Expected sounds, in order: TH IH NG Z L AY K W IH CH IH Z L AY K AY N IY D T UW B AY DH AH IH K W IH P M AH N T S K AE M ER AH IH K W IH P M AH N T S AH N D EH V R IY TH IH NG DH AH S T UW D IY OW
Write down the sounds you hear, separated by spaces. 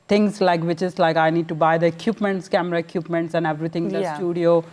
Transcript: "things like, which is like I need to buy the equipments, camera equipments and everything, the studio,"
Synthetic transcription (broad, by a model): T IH NG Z L AY K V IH CH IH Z L AY K AY N IY D T UW B AY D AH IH K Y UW P M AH N T S K AE M ER AH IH K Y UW P M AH N T S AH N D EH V R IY T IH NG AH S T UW D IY OW